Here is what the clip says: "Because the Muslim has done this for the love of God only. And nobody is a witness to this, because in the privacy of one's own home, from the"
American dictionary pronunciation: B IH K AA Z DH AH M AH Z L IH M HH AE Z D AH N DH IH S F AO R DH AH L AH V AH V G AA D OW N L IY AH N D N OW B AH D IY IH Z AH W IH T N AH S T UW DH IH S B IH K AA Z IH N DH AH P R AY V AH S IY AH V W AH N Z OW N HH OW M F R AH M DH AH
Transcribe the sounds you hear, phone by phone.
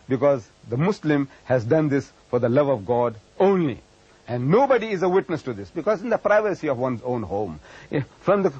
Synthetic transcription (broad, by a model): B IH K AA Z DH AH M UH S L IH M HH AE Z D AH N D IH S F AO R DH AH L AH V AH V G AA D OW N L IY AH N D N OW B AH D IY IH Z AH W IH T N AH S T UW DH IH S B IH K AA Z IH N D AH P R AY V AH S IY AH V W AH N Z OW N HH OW M F R AH M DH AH